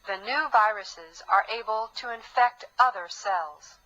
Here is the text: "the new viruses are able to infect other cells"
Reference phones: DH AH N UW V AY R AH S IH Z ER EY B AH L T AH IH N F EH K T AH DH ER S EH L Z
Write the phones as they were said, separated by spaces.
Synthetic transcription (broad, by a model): DH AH N UW V AY R AH S IH Z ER EY B AH L T AH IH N F EH K T AH DH ER S EH L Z